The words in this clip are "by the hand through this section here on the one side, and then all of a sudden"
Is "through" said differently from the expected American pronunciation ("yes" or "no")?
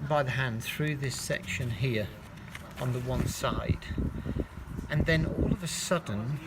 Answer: no